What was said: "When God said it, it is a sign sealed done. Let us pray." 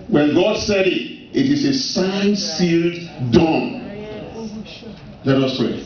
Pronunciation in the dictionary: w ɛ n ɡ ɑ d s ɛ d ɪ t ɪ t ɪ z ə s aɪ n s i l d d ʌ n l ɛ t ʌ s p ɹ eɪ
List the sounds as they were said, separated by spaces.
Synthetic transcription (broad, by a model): w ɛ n ɡ ɑ d s ɛ d ɪ t ɪ t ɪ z ə s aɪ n s i l d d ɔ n l ɛ t ʌ s p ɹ eɪ